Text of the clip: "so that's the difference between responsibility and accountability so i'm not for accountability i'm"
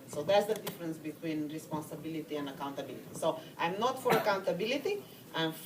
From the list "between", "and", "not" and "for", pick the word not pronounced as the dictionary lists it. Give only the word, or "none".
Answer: none